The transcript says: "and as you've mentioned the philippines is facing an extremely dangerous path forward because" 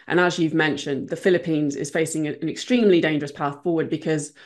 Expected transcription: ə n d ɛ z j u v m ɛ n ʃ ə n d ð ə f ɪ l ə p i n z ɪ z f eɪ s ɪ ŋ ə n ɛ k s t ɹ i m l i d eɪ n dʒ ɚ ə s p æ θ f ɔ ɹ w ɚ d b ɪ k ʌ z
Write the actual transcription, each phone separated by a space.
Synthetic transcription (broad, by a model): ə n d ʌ z j u v m ɛ n ʃ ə n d ð ə f ɪ l ə p i n z ɪ z f eɪ s ɪ ŋ ə n ɛ k s t ɹ i m l i d eɪ n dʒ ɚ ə s p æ θ f ɔ w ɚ d b ɪ k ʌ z